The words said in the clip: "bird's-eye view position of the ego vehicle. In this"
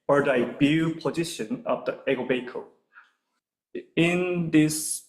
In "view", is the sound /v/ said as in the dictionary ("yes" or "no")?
no